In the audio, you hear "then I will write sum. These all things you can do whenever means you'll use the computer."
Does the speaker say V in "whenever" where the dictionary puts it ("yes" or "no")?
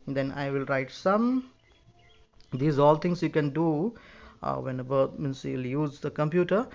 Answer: no